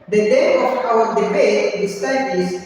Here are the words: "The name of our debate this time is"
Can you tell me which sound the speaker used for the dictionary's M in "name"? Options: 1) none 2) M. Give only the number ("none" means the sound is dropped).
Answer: 1